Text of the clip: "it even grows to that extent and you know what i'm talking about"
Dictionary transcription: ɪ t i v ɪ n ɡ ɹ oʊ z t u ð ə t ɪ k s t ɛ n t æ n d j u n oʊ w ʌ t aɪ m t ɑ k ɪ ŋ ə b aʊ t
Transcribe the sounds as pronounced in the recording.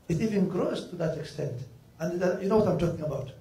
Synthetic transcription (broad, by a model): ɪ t i v ɪ n ɡ ɹ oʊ s t u ð ə t ɪ k s t ɛ n t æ n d j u n oʊ w ʌ t aɪ m t ɑ k ɪ ŋ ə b aʊ t